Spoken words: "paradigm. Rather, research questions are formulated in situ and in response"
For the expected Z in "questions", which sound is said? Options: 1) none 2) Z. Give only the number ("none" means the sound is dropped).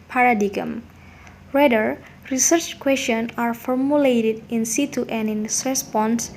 1